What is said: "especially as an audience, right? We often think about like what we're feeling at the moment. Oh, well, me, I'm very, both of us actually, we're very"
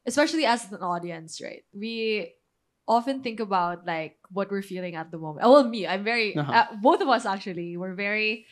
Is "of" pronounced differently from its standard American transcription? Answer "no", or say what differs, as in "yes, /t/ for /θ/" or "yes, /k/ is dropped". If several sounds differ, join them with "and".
no